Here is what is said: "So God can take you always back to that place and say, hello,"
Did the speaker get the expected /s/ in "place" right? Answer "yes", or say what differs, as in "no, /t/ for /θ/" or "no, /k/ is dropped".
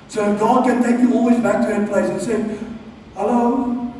no, /s/ is dropped